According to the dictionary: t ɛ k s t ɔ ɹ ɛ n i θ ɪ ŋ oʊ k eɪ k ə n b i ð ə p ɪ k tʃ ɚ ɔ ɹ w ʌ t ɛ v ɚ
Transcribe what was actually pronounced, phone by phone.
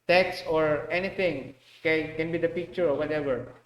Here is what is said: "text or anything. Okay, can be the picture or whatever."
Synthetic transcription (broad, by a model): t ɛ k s ɔ ɹ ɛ n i t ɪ ŋ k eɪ k ə n b i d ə p ɪ k tʃ ɚ ɔ ɹ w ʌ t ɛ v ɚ